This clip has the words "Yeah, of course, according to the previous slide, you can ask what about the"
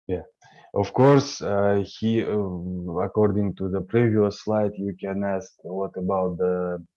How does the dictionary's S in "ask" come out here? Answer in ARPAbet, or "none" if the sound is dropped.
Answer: S